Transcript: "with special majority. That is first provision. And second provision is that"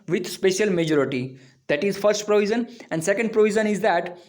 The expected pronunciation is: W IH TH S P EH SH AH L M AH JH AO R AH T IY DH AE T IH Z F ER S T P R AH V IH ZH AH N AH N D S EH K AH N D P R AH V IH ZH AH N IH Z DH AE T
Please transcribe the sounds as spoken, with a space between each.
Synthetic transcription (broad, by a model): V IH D S P EH SH AH L M AH JH AO R AH T IY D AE T IH Z F ER S T P R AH V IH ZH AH N AH N D S EH K AH N D P R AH V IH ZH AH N IH Z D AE T